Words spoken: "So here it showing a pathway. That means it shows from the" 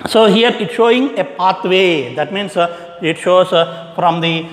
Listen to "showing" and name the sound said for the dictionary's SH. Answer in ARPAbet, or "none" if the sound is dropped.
SH